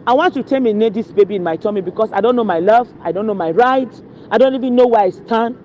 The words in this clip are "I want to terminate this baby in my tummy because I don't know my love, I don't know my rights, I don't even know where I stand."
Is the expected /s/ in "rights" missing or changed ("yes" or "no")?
yes